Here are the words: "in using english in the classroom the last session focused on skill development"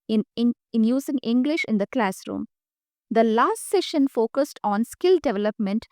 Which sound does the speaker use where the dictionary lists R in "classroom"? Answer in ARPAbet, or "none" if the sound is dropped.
R